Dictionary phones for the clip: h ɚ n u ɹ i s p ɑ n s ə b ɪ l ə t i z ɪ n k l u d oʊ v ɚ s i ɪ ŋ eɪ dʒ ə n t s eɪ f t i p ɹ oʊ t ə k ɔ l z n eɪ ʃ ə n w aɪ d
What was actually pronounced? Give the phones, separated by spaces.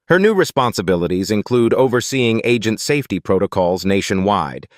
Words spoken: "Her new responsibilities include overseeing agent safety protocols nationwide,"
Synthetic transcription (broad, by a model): h ɚ n u ɹ i s p ɑ n s ə b ɪ l ə t i z ɪ n k l u d oʊ v ɚ s i ɪ ŋ eɪ dʒ ə n t s eɪ f t i p ɹ oʊ t ə k ɔ l z n eɪ ʃ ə n w aɪ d